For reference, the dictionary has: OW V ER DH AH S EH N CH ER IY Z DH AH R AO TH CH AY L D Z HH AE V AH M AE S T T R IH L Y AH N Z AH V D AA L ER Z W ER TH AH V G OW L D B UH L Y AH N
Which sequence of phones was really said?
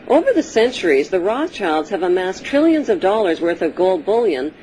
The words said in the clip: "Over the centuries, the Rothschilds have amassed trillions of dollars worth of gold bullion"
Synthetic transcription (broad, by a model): OW V ER DH AH S EH N CH ER IY Z DH AH R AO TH CH AY L D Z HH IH V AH M AE S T T R IH L Y AH N Z AH V D AA L ER Z W ER TH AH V G OW L D B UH L Y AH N